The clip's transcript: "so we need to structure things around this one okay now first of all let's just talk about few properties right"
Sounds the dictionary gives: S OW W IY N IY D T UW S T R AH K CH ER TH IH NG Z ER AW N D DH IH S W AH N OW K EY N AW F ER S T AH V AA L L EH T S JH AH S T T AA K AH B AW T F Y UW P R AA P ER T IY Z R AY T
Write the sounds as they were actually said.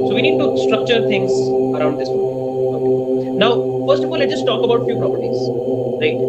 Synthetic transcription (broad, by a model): S OW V IY N IY D T UW S T R AH K CH ER T IH NG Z ER AW N D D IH S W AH OW K EY N AW F ER S T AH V AA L L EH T JH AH S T T AA K AH B AW T F Y UW P R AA P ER T IY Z R AY T